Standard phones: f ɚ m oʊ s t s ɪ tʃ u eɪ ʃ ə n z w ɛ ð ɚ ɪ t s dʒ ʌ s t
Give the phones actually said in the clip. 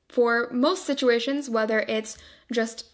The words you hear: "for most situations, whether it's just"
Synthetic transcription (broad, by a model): f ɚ m oʊ s t s ɪ tʃ u eɪ ʃ ə n z w ɛ ð ɚ ɪ t s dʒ ʌ s t